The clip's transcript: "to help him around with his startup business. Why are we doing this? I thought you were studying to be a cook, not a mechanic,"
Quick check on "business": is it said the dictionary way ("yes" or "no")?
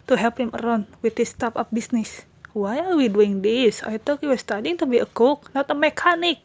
no